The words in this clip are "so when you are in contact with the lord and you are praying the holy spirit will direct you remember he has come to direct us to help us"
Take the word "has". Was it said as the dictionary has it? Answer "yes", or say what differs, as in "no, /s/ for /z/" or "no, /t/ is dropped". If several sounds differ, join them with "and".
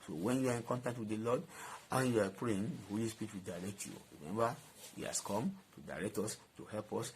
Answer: no, /s/ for /z/